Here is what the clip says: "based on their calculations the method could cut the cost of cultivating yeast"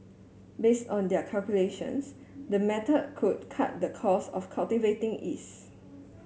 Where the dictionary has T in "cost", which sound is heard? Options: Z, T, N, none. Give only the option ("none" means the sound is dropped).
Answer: none